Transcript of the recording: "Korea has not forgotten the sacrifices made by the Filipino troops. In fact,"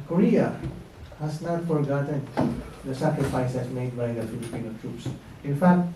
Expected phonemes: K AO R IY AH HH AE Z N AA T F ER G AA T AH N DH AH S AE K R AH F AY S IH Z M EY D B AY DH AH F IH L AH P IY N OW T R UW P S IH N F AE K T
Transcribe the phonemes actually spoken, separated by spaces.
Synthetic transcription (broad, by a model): K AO R IY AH HH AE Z N AA T F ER G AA T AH N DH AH S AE K R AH F AY S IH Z M EY D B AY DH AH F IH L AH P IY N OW T R UW P S IH N F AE K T